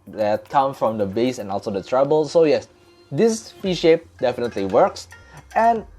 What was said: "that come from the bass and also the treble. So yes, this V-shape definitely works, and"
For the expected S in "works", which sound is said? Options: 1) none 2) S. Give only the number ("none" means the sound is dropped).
2